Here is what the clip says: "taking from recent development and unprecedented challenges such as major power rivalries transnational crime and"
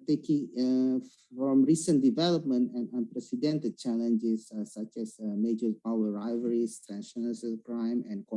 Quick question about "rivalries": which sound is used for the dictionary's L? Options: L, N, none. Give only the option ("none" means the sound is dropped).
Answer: none